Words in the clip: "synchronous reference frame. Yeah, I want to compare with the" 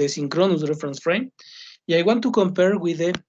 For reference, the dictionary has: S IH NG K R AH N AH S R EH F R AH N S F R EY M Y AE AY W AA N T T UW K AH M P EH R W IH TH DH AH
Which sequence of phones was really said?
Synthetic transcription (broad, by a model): S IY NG K R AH N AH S R EH F R AH N S F R EY M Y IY AY W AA N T T UW K AH M P EH R W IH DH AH